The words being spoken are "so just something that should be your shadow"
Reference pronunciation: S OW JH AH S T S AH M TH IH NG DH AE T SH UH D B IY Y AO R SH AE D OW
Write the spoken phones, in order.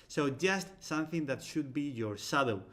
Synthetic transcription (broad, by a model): S OW JH AH S T S AH M TH IH NG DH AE T SH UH D B IY Y AO R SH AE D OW